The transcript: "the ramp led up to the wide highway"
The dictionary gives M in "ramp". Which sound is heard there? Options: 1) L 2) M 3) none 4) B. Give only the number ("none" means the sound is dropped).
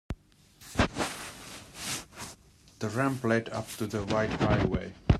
2